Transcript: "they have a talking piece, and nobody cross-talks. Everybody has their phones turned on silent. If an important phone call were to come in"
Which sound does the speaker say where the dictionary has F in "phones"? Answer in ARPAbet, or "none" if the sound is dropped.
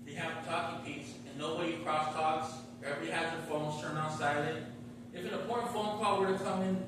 F